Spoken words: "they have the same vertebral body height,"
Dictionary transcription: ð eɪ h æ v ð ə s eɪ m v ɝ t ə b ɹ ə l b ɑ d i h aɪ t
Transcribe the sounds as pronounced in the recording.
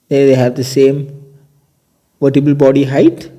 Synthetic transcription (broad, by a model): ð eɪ h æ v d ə s eɪ m v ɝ t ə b ə l b ɑ d i h aɪ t